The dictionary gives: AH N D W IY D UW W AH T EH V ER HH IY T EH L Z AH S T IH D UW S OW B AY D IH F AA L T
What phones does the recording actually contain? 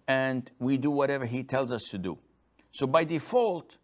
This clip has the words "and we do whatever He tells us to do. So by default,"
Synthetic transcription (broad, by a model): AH N D W IY D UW W AH T EH V ER HH IY T EH L Z AH S T IH D UW S OW B AY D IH F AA L T